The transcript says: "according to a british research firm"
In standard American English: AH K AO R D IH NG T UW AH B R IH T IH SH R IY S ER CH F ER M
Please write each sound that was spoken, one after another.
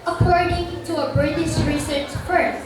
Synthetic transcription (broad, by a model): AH K AO R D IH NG T UW AH B R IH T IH S R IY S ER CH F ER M